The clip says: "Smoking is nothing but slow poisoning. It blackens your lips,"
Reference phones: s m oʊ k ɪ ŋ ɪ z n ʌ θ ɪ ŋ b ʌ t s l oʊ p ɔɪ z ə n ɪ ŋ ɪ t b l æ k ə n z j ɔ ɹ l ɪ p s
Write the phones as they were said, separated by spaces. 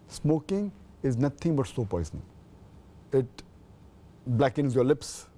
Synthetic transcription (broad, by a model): s m oʊ k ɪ ŋ ɪ z n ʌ t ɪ ŋ b ʌ t s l oʊ p ɔɪ z ə n ɪ ŋ ɪ t b l æ k ə n z j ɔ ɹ l ɪ p s